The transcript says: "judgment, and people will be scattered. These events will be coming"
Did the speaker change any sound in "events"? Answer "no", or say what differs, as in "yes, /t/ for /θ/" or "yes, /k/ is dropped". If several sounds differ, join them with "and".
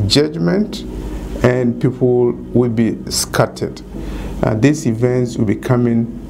no